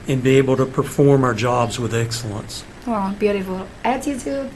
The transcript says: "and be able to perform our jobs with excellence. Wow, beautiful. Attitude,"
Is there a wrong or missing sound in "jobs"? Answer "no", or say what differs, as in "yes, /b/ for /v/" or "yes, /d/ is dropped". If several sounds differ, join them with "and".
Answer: no